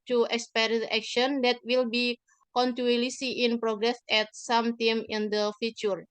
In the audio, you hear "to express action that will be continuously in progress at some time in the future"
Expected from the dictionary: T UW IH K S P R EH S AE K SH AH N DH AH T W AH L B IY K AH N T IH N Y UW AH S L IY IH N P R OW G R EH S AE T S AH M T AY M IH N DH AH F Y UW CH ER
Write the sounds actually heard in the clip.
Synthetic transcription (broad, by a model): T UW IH K S P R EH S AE K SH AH N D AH T W AH L B IY K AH N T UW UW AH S IY IH N P R OW G R EH S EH T S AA M T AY M IH N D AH F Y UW CH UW